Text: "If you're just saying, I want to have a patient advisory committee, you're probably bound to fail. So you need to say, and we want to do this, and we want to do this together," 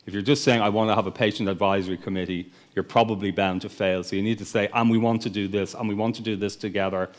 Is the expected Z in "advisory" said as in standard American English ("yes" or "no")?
yes